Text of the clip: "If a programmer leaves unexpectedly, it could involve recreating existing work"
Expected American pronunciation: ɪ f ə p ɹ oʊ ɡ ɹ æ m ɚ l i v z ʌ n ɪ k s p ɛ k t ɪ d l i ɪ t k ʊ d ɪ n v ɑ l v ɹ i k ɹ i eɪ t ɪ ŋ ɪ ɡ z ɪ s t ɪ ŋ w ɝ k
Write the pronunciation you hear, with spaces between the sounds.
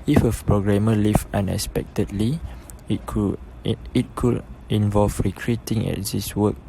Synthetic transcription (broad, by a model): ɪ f ə p ɹ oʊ ɡ ɹ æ m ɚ l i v ʌ n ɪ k s p ɛ k t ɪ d l i ɪ t k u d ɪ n v ɑ l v ɹ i k ɹ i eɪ t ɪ ŋ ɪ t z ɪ s w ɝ k